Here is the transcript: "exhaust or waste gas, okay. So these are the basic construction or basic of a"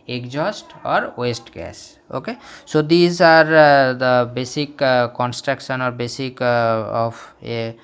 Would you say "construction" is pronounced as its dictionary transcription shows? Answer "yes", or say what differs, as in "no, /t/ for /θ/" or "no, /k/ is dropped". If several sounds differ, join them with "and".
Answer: yes